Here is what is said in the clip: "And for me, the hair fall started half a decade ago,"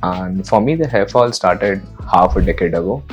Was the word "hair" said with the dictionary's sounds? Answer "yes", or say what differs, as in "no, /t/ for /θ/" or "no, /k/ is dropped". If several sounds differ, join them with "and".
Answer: no, /l/ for /ɹ/